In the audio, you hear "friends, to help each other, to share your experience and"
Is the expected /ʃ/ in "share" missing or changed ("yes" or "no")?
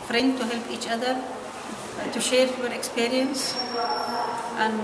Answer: no